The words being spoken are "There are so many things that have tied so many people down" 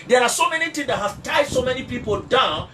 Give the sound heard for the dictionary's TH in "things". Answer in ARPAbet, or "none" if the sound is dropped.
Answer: T